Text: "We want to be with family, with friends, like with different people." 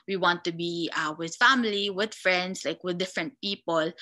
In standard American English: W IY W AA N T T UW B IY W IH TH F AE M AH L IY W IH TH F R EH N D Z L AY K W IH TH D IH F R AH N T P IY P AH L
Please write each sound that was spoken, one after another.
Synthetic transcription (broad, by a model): W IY W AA N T T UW B IY W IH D F AE M AH L IY W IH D F R EH N D S L AY K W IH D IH F R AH N T P IY P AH L